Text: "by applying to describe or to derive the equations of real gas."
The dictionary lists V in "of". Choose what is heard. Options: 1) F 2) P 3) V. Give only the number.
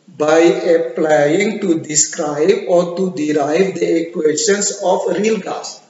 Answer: 1